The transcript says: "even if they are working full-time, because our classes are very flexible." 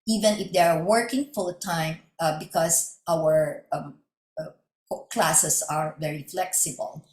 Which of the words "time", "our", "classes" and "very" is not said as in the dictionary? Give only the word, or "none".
classes